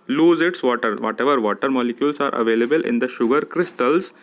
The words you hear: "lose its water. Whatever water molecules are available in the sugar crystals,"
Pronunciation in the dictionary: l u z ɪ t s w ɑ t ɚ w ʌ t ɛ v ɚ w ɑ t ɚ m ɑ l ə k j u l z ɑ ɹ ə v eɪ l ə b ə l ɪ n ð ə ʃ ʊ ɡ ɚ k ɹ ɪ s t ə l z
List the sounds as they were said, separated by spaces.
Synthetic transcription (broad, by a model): l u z ɪ t s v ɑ t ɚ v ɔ t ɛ v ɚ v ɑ t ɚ m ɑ l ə k j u l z ɑ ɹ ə v eɪ l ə b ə l ɪ n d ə ʃ ʊ ɡ ɚ k ɹ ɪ s t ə l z